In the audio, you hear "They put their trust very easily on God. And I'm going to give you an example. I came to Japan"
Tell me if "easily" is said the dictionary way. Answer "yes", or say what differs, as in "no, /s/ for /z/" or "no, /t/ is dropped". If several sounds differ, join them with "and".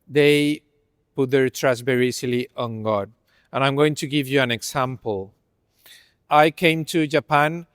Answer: no, /s/ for /z/